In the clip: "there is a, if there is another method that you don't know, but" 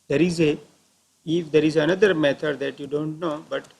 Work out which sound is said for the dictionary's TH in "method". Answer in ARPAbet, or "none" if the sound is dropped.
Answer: T